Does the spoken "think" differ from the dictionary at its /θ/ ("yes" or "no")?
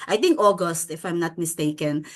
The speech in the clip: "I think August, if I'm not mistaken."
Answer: yes